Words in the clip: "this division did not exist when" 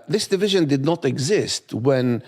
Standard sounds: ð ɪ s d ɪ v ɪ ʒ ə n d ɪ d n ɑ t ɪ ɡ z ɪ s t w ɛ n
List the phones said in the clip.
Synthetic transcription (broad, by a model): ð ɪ s d ɪ v ɪ ʒ ə n d ɪ d n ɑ t ɪ ɡ z ɪ s t w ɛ n